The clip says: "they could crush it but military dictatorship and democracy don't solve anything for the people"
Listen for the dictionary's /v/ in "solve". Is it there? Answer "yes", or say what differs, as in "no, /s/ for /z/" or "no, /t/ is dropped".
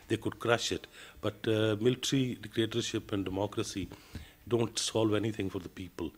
yes